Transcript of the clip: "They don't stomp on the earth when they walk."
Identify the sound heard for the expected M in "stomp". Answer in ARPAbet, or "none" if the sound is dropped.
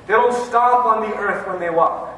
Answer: none